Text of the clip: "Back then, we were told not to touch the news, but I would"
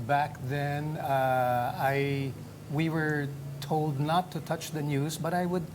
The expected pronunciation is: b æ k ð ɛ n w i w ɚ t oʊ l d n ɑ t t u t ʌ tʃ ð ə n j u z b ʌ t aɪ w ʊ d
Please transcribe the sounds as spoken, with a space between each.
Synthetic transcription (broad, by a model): b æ k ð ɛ n w i w ɚ t oʊ l d n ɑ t t u t ʌ tʃ ð ə n j u z b ʌ t aɪ w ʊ d